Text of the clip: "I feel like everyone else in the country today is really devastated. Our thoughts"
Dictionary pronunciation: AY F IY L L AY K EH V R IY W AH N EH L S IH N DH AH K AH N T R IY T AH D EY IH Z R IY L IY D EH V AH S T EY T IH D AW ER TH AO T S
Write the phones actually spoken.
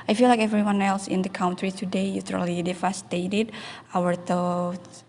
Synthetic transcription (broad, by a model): AY F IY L L AY K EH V R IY W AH N EH L S IH N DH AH K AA N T R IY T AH D EY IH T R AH L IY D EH F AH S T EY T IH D AW ER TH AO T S